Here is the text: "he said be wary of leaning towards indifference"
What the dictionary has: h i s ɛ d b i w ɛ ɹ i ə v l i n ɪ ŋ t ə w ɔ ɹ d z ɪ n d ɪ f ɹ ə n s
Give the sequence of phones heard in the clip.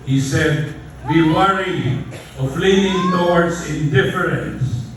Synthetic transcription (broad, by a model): h i s ɛ d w i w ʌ ɹ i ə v l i ɪ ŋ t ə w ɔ ɹ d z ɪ n d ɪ f ɹ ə n s